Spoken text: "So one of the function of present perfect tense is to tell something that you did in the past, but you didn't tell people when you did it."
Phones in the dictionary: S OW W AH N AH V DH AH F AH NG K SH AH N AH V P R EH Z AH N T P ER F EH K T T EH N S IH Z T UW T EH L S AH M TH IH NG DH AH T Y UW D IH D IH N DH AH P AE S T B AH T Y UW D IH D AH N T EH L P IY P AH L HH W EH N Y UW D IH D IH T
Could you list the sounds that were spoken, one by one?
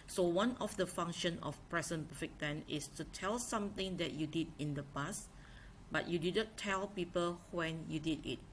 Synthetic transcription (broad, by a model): S OW W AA N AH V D AH F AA NG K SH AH N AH F P R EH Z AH N P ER F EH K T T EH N IH S T UW T EH L S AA M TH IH NG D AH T Y UW D IH D IH N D AH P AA S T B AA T Y UW D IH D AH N T EH L P IY P AH L HH W EH N Y UW D IH D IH T